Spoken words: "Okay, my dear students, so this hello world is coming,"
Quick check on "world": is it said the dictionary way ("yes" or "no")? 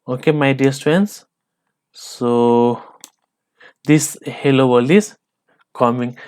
no